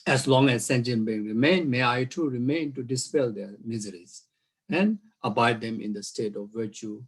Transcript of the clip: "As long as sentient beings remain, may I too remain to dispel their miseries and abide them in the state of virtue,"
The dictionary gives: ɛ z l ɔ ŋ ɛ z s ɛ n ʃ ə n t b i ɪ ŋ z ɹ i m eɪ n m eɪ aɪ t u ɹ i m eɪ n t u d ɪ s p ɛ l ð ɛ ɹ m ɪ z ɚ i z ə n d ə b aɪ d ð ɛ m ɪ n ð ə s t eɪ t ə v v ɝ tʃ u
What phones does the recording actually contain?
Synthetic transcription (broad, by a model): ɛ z l ɔ ŋ ɛ z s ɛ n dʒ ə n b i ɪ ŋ ɹ i m eɪ n m eɪ aɪ t u ɹ i m eɪ n t u d ɪ s p ɛ l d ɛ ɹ m ɪ z ɚ i z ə n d ə b aɪ d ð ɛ m ɪ n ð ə s t eɪ t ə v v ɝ tʃ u